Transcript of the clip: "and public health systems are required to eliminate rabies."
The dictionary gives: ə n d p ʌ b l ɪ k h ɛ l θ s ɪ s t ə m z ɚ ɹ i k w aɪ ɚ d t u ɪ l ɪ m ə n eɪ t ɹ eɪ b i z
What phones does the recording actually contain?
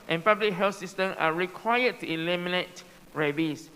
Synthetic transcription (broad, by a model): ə n p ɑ b l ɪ k h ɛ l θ s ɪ s t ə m ɑ ɹ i k w aɪ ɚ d t u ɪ l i m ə n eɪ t ɹ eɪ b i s